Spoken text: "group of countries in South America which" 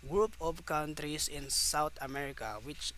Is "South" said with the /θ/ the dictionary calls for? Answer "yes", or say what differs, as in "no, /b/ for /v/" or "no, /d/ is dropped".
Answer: no, /t/ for /θ/